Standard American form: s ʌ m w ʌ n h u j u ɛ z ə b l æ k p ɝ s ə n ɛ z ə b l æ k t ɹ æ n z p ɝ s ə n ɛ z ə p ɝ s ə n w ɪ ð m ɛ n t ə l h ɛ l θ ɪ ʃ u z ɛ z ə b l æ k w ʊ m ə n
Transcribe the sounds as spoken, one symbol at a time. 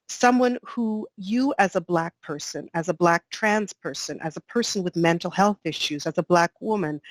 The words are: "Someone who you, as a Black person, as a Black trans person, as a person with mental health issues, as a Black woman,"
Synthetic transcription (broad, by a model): s ʌ m w ʌ n h u j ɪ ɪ z ə b l æ k p ɝ s ə n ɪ z ə b l æ k t ɹ æ n z p ɝ s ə n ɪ z ə p ɝ s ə n w ɪ ð m ɛ n t l h ɛ l θ ɪ ʃ u z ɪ z ə b l æ k w ʊ m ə n